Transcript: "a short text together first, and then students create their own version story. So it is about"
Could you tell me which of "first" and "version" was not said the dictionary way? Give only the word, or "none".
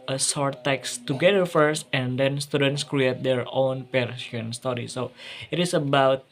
version